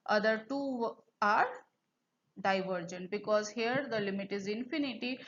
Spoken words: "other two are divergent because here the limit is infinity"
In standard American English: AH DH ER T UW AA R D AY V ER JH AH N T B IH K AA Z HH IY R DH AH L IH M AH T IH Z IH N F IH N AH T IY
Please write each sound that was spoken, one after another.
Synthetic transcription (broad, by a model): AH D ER T UW AA R D AY V ER JH AH N T B IH K AA Z HH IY R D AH L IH M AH T IH Z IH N F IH N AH T IY